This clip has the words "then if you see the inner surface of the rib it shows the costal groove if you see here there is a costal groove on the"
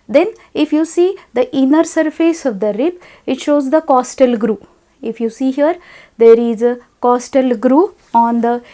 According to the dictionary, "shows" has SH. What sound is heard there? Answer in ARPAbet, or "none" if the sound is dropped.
SH